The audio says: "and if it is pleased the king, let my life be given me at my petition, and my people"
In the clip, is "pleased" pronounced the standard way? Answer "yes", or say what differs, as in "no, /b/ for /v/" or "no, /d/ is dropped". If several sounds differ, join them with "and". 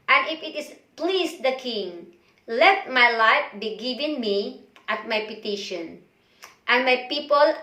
no, /s/ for /z/